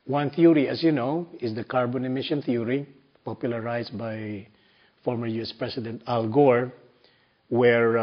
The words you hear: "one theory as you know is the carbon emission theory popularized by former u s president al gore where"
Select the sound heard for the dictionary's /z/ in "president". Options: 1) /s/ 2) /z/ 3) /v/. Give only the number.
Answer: 1